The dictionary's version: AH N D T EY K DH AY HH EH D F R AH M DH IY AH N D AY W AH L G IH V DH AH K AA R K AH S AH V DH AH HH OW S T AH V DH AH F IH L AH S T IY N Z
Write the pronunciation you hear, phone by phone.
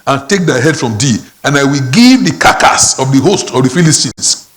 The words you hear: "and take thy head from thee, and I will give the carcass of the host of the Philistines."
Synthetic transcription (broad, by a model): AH N T EY K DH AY HH EH D F R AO M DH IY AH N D AY W AH L G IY V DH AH K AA K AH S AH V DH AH HH OW S T AH V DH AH F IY L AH S T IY N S